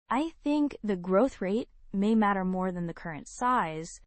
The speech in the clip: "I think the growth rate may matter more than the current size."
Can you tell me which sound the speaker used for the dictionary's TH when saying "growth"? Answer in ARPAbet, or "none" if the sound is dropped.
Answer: TH